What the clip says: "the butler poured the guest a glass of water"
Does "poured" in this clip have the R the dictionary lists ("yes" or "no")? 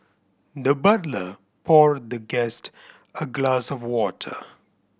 yes